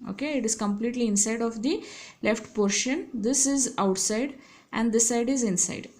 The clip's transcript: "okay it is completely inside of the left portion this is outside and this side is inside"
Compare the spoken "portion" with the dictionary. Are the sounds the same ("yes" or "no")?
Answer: yes